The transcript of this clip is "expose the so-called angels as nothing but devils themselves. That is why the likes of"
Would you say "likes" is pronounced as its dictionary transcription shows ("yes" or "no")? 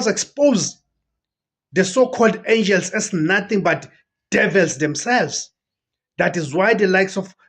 yes